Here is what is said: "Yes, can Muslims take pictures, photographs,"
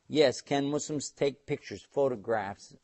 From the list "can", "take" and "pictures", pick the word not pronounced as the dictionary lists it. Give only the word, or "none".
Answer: none